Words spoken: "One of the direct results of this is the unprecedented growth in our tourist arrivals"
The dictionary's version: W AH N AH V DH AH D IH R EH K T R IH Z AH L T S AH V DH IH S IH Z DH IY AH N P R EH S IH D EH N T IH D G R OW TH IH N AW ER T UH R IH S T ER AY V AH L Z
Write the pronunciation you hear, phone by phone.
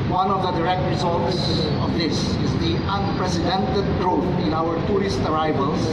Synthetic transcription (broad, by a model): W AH N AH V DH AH D IH R EH K T R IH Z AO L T S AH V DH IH S IH Z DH IY AH N P R EH S IH D EH N T IH D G R OW T IH N AW ER T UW R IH S T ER AY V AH L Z